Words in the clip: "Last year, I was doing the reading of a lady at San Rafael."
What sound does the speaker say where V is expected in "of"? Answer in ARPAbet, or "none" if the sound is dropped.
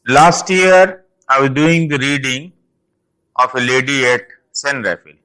F